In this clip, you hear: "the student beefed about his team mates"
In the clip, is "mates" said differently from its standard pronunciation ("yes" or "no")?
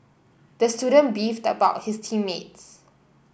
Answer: no